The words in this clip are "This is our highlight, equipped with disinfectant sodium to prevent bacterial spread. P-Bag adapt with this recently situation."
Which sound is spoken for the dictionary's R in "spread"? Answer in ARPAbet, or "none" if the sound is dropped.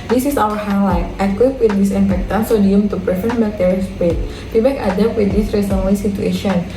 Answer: none